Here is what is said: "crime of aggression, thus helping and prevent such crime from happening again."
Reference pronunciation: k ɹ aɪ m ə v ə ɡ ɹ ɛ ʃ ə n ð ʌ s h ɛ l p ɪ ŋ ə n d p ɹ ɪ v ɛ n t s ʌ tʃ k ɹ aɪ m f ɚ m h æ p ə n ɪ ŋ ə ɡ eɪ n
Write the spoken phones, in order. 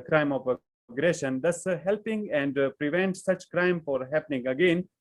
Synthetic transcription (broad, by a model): k ɹ aɪ m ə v ə ɡ ɹ ɛ ʃ ə n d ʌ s h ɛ l p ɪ ŋ ə n d p ɹ ɪ v ɛ n t s ʌ tʃ k ɹ aɪ m f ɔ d h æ p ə n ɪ ŋ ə ɡ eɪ n